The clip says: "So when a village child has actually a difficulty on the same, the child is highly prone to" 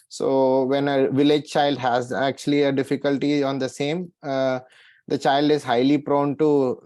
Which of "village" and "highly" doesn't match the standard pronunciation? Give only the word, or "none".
none